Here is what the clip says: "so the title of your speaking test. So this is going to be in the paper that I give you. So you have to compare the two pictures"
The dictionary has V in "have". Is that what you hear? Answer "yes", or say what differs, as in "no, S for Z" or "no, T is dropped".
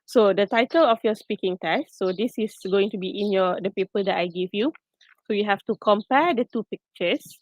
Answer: no, F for V